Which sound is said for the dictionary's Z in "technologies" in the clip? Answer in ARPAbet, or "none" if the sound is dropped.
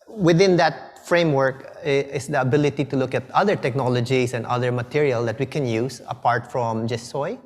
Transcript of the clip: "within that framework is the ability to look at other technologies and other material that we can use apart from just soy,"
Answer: S